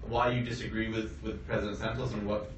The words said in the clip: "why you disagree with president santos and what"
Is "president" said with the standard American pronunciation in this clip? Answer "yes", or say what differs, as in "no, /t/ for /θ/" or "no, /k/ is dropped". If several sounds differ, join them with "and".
yes